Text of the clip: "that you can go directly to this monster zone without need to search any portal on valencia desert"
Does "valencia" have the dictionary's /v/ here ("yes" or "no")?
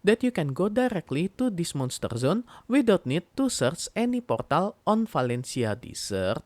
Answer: no